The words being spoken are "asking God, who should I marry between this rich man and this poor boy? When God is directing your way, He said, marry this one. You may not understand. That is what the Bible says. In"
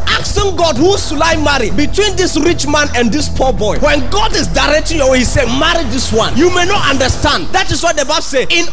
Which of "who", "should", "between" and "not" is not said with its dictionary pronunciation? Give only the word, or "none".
should